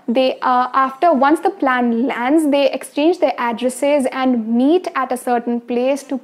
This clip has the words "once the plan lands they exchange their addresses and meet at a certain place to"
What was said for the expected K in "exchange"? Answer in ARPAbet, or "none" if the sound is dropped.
K